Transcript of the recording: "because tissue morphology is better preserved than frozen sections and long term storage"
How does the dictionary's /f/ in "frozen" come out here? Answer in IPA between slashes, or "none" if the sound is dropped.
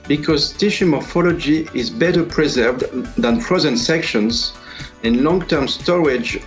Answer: /p/